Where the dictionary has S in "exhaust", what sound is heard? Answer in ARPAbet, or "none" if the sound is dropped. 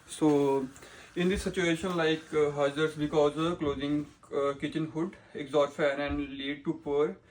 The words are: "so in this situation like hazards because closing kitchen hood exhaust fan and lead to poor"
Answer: none